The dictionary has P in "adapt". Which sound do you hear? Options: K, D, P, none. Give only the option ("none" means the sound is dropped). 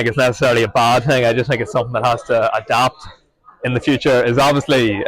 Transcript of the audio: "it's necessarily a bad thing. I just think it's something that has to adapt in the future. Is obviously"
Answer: P